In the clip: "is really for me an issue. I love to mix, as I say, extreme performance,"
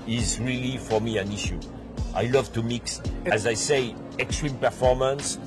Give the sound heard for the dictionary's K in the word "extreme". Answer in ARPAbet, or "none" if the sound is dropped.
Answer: K